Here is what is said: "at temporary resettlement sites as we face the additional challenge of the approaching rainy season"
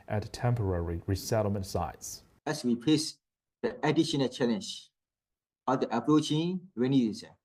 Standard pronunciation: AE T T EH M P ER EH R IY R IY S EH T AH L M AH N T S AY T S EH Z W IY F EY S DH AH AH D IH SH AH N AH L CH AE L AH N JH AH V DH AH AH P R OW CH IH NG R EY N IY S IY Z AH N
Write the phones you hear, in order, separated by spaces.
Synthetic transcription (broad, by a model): T T EH M P ER EH R IY R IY S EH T L M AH N T S AY T S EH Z W IY P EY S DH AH AH D IH SH AH N AH L CH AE L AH N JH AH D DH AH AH P R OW CH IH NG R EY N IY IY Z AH